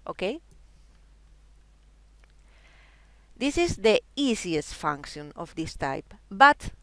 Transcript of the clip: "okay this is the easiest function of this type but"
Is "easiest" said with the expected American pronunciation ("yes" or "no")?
no